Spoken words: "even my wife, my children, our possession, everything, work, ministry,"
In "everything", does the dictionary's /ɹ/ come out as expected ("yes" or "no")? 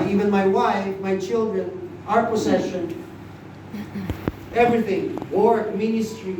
yes